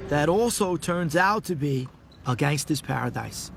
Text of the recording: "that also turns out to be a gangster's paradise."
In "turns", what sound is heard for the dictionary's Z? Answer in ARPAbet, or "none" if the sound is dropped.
Z